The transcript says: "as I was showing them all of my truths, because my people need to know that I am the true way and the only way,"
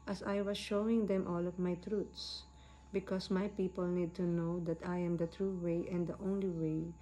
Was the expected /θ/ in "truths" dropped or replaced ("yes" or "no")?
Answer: yes